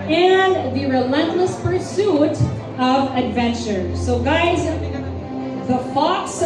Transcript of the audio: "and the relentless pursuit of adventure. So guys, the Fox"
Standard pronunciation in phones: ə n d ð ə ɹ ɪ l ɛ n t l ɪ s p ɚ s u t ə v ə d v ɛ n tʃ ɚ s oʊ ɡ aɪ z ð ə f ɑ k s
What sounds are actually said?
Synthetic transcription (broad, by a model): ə n ð ə ɹ ɪ l ɛ n t l ɪ s p ɚ s u t ə v ə d v ɛ n tʃ ɚ s oʊ ɡ aɪ z ð ə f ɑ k s